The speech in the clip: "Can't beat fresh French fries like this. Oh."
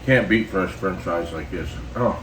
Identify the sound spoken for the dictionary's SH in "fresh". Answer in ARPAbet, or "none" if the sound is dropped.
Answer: S